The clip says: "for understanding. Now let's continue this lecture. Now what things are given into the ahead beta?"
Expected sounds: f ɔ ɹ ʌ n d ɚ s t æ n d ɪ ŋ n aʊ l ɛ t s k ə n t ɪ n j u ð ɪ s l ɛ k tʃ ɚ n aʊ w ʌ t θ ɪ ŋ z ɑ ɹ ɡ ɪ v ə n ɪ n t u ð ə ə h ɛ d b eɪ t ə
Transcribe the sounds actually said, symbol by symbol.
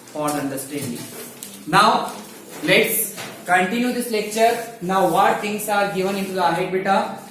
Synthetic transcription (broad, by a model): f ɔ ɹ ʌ n d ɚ s t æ n d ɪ ŋ n aʊ l ɛ t s k ə n t ɪ n j u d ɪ s l ɛ k tʃ ɚ n aʊ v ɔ t t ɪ ŋ s ɑ ɹ ɡ ɪ v ə n ɪ n t u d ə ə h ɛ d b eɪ t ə